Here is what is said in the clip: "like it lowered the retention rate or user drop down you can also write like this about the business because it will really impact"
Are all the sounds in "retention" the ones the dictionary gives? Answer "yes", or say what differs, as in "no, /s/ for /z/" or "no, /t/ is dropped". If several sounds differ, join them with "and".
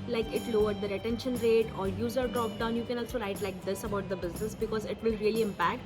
yes